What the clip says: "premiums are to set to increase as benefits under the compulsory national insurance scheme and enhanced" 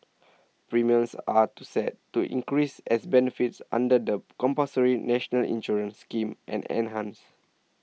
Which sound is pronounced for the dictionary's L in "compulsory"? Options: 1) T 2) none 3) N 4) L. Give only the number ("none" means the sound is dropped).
2